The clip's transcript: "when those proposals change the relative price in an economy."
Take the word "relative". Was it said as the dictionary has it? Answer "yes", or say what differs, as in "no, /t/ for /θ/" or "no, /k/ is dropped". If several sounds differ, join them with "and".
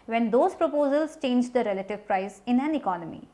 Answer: yes